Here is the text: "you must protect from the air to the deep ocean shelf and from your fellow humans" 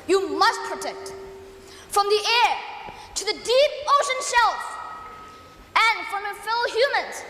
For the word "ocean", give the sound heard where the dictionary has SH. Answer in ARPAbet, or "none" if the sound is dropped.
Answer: SH